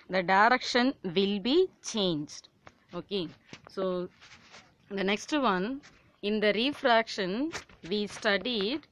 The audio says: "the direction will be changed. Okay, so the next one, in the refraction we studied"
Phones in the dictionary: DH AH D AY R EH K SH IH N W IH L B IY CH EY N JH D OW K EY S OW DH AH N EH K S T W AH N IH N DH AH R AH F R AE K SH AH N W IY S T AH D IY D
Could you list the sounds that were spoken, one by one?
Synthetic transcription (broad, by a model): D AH D AY R EH K SH IH N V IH L B IY CH EY N JH D OW K EY S OW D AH N EH K S T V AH N IH N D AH R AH F R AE K SH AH N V IY S T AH D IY D